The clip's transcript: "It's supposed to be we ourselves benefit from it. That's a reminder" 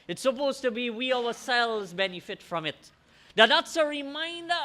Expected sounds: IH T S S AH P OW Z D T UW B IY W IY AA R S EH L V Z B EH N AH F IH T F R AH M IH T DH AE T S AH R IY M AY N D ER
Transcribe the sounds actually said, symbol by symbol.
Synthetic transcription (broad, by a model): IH T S S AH P OW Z T UW B IY W IY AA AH S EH L Z B EH N AH F IH T F R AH M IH T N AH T S AH R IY M AY N D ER